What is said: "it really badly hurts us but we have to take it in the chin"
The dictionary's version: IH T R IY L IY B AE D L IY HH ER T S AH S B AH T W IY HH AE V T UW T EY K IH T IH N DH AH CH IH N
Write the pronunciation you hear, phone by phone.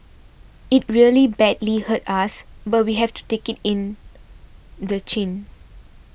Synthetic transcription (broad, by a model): IH T R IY L IY B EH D L IY HH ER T AA S B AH T W IY HH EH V T UW T EY K IH T IH N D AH CH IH N